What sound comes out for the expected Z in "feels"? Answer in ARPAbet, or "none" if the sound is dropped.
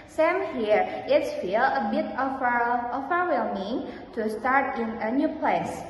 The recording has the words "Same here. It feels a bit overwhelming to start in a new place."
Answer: none